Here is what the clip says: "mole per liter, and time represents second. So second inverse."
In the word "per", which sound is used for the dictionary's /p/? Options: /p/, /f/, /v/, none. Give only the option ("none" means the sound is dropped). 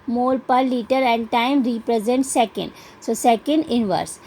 /p/